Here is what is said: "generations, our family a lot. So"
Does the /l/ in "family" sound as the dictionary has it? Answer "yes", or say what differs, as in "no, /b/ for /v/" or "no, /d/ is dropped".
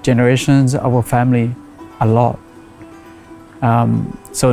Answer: yes